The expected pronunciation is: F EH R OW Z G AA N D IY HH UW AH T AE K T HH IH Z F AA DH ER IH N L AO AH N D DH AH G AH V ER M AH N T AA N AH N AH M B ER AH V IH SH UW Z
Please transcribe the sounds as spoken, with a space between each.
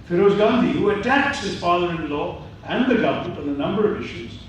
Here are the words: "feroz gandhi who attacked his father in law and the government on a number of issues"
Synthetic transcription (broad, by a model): F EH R OW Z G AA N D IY HH UW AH T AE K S HH IH Z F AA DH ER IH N L AO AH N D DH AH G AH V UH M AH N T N AH N AH M B ER AH V IH SH UW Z